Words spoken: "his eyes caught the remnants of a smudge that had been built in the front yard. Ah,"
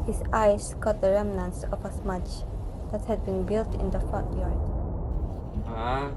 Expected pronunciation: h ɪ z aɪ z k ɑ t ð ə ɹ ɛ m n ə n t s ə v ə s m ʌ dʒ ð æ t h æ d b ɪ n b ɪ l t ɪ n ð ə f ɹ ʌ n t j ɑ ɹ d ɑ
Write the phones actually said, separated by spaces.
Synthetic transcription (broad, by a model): h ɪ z aɪ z k ɑ t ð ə ɹ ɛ m n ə n s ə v ə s m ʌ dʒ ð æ t h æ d b ɪ n b ɪ l t ɪ n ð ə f ɔ t j ɑ ɹ d